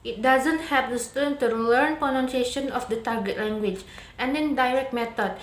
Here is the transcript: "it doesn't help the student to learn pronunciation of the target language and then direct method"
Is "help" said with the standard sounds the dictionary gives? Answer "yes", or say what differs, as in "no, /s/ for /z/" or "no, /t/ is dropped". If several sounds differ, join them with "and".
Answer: no, /l/ is dropped